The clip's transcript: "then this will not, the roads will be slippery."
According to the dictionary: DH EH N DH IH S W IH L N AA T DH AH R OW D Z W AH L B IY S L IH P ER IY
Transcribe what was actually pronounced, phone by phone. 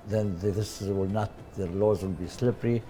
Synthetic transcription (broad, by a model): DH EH N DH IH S W IH L N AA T DH AH L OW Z W AH L B IY S L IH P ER IY